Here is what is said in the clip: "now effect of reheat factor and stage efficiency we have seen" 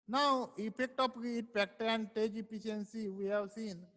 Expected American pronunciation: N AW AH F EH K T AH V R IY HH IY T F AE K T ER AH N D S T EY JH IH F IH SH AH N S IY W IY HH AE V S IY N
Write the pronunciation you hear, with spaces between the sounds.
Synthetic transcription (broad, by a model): N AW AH P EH K T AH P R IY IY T P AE K T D AH N D T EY JH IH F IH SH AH N S IY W IY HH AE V S IY N